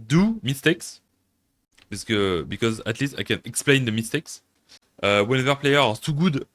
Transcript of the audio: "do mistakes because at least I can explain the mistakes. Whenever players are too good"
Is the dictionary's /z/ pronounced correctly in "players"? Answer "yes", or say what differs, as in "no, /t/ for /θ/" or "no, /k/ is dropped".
no, /z/ is dropped